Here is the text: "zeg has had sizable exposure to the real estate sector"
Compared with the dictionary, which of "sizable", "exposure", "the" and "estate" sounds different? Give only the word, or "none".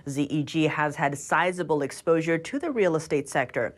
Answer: none